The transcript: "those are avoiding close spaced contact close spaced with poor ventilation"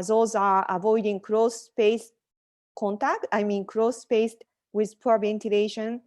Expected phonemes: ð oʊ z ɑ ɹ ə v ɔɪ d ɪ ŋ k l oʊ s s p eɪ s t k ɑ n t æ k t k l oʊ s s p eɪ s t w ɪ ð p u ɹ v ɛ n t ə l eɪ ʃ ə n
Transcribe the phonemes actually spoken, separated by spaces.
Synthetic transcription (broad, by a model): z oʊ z ɑ ɹ ə v ɔɪ d ɪ ŋ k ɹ oʊ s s p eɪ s k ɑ n t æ k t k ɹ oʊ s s p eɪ s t w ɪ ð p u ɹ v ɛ n t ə l eɪ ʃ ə n